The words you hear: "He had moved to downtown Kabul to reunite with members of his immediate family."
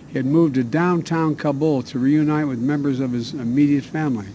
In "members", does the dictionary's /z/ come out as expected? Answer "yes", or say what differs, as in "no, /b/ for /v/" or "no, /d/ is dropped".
yes